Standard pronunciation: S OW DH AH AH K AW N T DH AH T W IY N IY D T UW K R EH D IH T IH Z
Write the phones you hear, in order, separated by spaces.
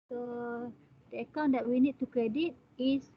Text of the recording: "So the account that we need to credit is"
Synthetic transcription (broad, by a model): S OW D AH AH K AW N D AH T W IY N IY D T UW K R EH D IH T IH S